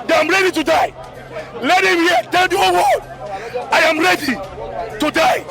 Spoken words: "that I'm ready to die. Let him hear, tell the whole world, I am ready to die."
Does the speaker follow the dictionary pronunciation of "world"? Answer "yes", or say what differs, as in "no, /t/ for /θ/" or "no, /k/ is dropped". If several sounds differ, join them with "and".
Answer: no, /l/ is dropped